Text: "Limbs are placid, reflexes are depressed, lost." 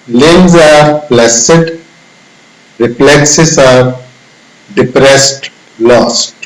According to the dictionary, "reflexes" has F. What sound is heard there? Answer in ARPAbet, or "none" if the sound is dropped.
P